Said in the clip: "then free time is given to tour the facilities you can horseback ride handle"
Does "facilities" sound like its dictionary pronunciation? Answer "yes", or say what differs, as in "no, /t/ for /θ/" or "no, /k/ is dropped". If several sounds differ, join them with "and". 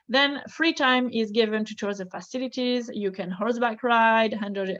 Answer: yes